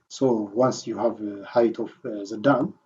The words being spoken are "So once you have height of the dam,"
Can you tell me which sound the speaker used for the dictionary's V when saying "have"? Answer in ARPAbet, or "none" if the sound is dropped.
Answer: V